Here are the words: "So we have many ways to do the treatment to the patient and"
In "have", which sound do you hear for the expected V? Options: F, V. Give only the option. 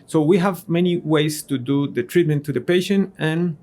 V